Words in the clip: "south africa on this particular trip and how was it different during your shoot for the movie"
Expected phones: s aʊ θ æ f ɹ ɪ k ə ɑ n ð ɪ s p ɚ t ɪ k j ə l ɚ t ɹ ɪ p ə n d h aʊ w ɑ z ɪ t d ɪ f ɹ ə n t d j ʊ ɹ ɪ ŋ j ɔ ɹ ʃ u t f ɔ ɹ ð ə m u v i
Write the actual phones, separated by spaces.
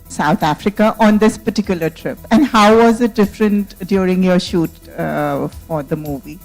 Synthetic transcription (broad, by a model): s aʊ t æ f ɹ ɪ k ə ɑ n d ɪ s p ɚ t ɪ k j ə l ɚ t ɹ ɪ p ə n d h aʊ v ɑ z ɪ t d ɪ f ɹ ə n t d j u ɹ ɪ ŋ j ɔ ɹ ʃ u t f ɔ ɹ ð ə m u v i